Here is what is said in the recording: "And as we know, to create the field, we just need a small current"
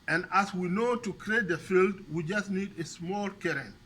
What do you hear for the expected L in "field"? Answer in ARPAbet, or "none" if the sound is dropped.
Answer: L